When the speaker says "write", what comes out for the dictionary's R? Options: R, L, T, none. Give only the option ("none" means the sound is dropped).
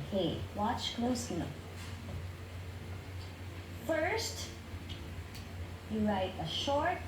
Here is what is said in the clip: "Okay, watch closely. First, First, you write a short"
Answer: R